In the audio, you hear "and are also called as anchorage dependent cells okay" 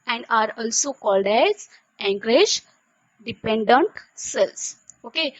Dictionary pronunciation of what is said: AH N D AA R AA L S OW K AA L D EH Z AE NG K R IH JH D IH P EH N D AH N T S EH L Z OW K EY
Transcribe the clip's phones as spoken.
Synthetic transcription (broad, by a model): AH N D AA R AA L S OW K AA L D EH Z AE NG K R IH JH D IH P EH N D AH N T S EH L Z OW K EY